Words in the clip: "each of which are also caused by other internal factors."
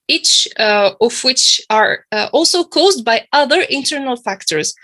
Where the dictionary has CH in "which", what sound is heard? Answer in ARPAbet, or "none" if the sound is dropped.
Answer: CH